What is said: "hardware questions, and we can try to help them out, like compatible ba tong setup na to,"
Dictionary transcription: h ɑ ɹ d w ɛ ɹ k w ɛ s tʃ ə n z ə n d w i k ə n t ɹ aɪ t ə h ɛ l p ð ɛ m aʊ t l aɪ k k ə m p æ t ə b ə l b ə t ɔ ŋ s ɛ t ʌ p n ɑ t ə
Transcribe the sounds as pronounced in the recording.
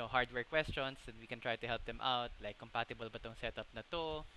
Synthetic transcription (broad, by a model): h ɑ ɹ d w ɛ ɹ k w ɛ s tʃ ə n s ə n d w i k ə n t ɹ aɪ t ə h ɛ l p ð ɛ m aʊ t l aɪ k k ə m p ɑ t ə b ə l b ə t ɔ ŋ s ɛ t ʌ p n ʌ t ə